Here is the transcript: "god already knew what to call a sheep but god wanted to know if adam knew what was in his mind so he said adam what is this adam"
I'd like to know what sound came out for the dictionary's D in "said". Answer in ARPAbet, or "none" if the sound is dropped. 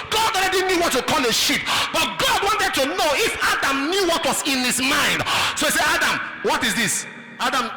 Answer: none